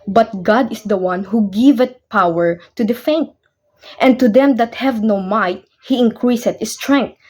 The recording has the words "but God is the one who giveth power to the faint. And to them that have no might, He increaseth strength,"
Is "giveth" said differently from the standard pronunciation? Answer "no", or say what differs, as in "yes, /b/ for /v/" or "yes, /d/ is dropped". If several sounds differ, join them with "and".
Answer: yes, /t/ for /θ/